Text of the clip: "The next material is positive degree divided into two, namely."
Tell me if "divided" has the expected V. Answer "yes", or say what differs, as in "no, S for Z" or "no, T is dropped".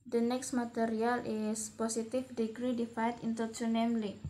no, F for V